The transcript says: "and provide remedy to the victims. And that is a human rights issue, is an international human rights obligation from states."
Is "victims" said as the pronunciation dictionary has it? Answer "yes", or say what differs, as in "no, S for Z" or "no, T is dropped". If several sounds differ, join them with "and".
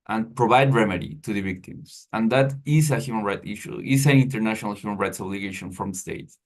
no, S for Z